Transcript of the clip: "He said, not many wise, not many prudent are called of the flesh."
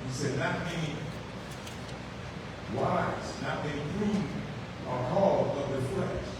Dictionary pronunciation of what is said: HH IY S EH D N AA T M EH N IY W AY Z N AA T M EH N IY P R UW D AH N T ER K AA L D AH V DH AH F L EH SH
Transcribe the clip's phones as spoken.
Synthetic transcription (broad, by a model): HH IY S EH D N AA T M EH N IY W AY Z N AA T M EH N IY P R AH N ER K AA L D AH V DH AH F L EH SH